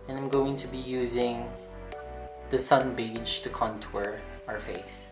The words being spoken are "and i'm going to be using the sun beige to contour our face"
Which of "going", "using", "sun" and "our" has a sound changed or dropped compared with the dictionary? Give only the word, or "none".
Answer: none